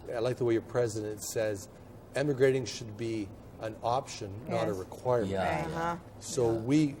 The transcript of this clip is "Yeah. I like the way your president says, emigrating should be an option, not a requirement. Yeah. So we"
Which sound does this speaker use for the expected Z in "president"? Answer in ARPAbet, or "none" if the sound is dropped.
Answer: Z